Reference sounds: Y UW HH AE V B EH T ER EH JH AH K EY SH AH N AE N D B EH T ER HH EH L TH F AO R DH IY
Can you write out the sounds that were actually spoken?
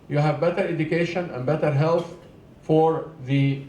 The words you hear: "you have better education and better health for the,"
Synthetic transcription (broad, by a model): Y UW HH AE V B EH T ER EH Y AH K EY SH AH N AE N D B EH T ER HH EH L TH F AO R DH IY